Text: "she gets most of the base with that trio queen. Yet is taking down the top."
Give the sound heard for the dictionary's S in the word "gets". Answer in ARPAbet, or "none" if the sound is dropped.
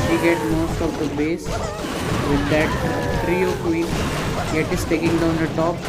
none